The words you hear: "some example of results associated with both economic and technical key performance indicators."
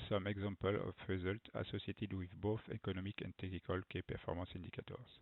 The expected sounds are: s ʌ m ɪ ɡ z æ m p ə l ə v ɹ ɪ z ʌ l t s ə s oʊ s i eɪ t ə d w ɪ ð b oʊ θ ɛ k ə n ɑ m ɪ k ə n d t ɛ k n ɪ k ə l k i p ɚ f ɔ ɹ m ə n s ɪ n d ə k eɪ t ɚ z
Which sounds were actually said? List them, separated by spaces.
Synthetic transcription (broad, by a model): s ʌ m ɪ ɡ z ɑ p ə l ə f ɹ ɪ z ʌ l t ə s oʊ s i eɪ t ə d w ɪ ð b oʊ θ ɛ k ə n ɑ m ɪ k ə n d t ɛ k n ɪ k ə l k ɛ p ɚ f ɔ ɹ m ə s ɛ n d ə k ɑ t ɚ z